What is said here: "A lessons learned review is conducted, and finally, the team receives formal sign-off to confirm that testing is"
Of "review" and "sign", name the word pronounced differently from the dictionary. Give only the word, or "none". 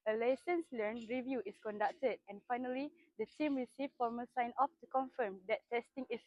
none